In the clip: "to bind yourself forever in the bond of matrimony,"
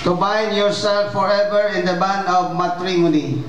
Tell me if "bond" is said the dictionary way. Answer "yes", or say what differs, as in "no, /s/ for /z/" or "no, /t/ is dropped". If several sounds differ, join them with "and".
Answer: no, /d/ is dropped